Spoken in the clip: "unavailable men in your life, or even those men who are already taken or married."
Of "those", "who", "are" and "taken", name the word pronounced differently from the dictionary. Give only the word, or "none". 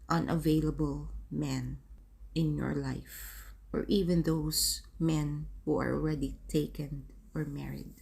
those